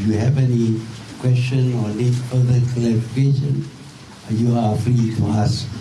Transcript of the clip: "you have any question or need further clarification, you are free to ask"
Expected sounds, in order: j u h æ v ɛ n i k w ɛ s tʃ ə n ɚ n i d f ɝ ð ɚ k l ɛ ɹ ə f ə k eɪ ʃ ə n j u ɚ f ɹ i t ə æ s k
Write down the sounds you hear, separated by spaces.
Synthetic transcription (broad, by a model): j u h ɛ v ɛ n i k w ɛ s tʃ ə n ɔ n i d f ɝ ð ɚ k ɛ l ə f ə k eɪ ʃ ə n j u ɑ f ɹ i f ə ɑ s